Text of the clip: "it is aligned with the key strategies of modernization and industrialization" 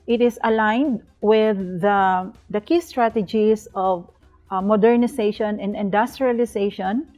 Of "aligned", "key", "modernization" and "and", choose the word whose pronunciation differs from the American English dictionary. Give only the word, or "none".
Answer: modernization